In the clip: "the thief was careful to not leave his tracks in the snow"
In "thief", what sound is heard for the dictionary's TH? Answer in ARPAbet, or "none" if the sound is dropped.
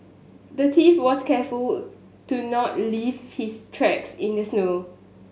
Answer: T